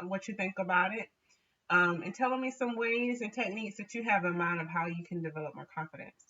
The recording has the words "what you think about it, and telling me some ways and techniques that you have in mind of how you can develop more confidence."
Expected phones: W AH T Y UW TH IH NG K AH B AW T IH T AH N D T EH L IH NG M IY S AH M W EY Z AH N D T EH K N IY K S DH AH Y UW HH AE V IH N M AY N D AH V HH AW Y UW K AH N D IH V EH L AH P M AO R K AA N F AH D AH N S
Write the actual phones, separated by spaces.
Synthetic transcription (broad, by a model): W AH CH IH TH IH NG K AH B AW T IH T AH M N T EH L IH NG M IY S AH M W EY Z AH N T EH K N IY K S DH AH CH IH V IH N M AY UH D AH V HH AW Y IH K AH N D IH V EH L AH P M AO R K AA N F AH D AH N S